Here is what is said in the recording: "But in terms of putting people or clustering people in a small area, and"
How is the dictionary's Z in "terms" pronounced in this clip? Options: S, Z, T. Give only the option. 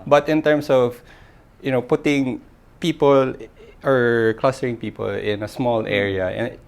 S